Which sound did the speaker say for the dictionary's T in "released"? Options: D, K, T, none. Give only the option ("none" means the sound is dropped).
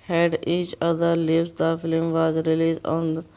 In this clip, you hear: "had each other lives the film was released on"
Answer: none